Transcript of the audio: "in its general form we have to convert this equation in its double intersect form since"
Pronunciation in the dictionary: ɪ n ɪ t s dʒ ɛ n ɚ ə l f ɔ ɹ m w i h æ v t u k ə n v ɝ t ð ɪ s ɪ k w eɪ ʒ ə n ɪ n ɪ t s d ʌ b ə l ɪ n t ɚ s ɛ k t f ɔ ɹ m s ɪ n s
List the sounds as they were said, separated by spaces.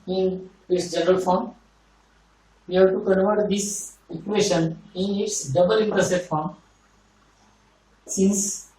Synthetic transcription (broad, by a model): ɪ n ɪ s dʒ ɛ n ɚ ə l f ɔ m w i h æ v t u k ə n v ɝ t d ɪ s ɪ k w eɪ ʃ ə n ɪ n ɪ t s d ʌ b ə l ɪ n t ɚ s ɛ t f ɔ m s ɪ n s